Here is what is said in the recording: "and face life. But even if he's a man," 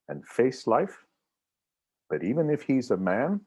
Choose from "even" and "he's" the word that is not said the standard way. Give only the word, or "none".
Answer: none